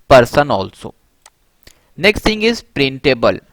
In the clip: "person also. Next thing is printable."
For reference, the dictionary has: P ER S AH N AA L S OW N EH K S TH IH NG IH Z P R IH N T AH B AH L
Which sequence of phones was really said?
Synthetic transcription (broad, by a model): P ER S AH N AA L S OW N EH K S T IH NG IH Z P R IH N T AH B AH L